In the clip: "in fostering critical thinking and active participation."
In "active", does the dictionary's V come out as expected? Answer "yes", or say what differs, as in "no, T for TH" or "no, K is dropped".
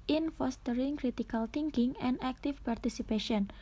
no, F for V